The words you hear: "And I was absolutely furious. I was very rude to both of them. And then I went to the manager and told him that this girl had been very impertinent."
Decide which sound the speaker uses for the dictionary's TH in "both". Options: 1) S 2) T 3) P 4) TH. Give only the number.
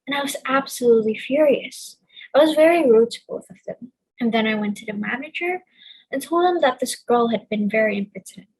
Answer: 4